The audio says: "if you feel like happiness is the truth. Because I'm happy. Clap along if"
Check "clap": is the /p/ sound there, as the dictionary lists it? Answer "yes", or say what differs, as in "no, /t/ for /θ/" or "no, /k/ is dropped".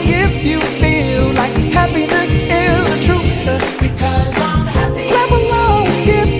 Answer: no, /p/ is dropped